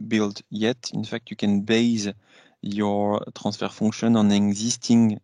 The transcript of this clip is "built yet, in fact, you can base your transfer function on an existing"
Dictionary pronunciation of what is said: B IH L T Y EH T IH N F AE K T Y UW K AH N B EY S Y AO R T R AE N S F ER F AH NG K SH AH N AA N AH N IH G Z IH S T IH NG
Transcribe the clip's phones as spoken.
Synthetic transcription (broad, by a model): B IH L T Y EH T IH N F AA K T Y UW K AH N B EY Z Y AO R T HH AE S F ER F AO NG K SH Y AA N AH N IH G Z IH S T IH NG